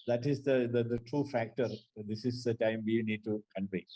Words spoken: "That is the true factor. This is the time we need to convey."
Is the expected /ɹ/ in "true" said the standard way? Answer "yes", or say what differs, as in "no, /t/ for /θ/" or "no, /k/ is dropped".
yes